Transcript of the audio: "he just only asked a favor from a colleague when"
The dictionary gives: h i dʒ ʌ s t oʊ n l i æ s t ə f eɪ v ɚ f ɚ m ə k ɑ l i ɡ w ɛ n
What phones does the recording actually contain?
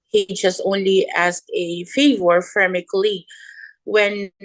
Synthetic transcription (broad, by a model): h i dʒ ʌ s t oʊ n l i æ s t ə f eɪ v ɚ f ɚ m ə k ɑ l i w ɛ n